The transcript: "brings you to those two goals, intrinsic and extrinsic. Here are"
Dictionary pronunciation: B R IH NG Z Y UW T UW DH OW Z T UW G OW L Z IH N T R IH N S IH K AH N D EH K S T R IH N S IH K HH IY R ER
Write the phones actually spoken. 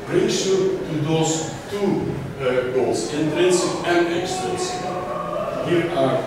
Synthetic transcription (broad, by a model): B R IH NG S Y UW T UW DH OW S T UW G OW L S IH N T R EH N S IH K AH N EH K S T IH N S HH IY R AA